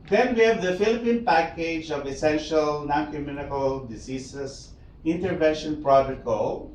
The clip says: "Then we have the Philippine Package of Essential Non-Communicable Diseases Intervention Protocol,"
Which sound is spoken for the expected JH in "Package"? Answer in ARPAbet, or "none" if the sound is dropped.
JH